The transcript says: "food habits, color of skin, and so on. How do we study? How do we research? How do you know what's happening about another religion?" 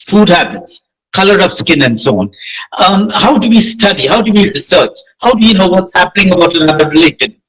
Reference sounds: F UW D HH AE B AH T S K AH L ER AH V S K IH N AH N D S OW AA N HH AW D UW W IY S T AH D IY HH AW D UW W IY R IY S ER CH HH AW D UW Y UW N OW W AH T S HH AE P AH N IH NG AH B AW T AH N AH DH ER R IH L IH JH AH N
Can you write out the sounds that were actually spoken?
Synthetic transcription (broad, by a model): F UW D HH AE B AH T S K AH L ER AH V S K IH N AH N D S OW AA N HH AW D UW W IY S T AH D IY HH AW D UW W IY R IY S ER CH HH AW D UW Y UW N OW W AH T S HH AE P AH N IH NG AH B AW T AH N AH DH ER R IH L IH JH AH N